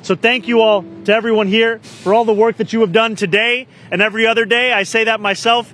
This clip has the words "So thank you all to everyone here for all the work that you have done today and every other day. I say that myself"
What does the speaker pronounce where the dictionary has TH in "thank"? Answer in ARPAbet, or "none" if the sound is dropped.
TH